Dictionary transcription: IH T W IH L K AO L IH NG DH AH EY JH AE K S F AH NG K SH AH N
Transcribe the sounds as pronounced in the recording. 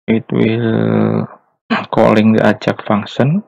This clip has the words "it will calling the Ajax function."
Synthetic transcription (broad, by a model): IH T W IH L K AO L IH NG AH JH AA K F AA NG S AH N